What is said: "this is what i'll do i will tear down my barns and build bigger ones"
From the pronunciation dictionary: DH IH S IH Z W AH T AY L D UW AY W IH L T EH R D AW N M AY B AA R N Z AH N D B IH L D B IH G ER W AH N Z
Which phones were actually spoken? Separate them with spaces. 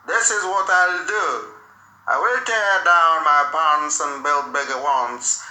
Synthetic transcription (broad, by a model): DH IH S IH Z W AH T AY L D UW AY W IH L T EH R D AW N M AY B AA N S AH N B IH L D B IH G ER W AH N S